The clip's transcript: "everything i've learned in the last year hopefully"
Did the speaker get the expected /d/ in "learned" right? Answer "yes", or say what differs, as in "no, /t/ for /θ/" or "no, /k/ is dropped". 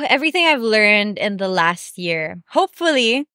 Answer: yes